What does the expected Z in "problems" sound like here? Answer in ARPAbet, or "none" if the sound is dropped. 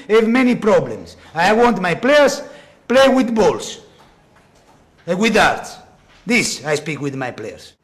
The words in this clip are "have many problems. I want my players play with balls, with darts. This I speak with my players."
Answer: S